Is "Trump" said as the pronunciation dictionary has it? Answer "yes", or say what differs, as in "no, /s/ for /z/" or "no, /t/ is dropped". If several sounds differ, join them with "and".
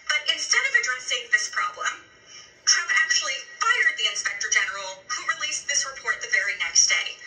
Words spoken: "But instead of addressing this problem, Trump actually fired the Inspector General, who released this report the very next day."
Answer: no, /p/ is dropped